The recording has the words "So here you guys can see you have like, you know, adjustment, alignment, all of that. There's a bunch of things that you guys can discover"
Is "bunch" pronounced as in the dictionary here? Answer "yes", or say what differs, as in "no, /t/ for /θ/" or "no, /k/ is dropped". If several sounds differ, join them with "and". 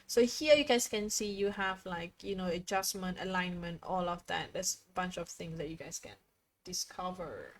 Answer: yes